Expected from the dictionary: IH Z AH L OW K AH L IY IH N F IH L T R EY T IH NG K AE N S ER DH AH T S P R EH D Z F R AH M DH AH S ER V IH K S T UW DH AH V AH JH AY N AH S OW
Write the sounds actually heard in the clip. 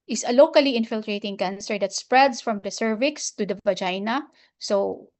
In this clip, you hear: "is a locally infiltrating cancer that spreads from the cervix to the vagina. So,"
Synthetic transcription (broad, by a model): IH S AH L OW K AH L IY IH N F IH L T R EY T IH NG K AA N S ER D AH T S P R EH D S F R AH M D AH S ER V IH K S T UW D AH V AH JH AY N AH S OW